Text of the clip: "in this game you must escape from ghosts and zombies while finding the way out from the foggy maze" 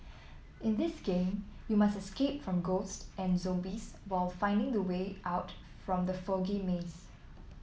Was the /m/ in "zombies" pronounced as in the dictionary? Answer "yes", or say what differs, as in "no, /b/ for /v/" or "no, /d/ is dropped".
no, /m/ is dropped